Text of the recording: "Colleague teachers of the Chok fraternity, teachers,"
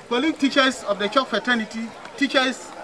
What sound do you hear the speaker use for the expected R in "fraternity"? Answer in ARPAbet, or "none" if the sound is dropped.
none